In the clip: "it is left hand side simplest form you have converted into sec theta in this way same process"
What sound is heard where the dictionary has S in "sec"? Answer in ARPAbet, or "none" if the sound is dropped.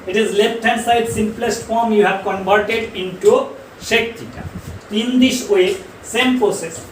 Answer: SH